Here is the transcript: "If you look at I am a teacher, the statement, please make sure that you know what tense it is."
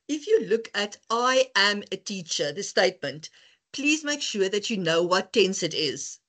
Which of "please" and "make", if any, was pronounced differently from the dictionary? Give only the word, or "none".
none